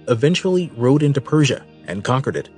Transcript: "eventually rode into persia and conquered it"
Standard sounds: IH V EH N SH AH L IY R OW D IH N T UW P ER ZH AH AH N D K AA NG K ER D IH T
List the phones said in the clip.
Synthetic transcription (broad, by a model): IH V EH N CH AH L IY R OW D IH N T UW P ER ZH AH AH N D K AA NG K ER D IH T